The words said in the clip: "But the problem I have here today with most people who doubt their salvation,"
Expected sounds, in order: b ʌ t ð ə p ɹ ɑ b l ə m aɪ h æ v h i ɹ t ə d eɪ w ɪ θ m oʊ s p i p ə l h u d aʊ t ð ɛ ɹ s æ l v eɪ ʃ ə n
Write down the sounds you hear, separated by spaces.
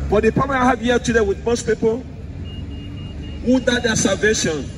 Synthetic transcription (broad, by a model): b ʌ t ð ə p ɑ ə aɪ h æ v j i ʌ t ə d eɪ w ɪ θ m oʊ s p i p ə l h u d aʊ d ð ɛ s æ l v eɪ ʃ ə n